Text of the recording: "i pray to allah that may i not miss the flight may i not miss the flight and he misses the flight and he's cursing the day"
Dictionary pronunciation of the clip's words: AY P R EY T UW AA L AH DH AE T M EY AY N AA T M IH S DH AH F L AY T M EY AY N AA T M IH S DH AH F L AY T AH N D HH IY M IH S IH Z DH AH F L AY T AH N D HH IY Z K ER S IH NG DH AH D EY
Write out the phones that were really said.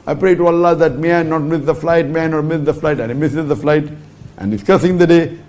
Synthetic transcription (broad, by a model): AY P R EY T UW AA L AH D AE T M EY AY N AA T M IH S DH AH F L AY T M EY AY N AA T M IH S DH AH F L AY T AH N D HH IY M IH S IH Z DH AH F L AY T AH N D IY S K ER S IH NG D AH D EY